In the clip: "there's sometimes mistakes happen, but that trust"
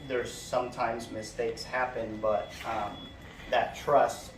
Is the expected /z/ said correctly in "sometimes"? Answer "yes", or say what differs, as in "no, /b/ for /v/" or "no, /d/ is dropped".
yes